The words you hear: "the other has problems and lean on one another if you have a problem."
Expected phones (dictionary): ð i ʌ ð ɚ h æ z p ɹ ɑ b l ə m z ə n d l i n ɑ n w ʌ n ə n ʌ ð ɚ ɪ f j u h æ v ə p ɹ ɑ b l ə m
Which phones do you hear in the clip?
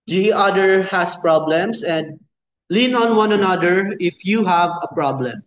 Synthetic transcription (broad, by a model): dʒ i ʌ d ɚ h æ s p ɹ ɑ b l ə m s ə n d l i n ɑ n w ʌ n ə n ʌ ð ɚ ɪ f j u h æ v ə p ɹ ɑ b l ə m